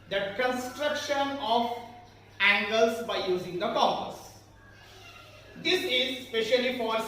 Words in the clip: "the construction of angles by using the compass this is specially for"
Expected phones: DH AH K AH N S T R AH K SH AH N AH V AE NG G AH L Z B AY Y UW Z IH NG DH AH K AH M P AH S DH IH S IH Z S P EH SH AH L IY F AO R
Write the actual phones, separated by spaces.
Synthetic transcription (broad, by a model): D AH K AH N S T R AH K SH AH N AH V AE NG G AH L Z B AY Y UW Z IH NG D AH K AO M AH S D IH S IH Z S P EH SH AH L IY F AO R